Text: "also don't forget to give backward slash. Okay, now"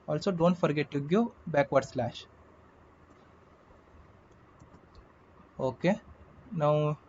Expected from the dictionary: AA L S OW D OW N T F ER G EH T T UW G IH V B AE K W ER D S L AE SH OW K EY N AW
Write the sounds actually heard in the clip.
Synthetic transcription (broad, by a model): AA L S OW D OW N T F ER G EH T T UW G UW B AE K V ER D S L AE SH OW K EY N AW